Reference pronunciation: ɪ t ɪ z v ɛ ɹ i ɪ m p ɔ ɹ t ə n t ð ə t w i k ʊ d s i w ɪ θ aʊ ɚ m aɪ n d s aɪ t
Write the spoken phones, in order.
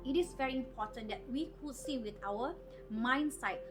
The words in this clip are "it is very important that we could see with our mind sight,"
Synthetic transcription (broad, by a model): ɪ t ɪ s v ɛ ɹ i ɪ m p ɔ t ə n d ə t w i k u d s i w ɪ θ aʊ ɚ m aɪ n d s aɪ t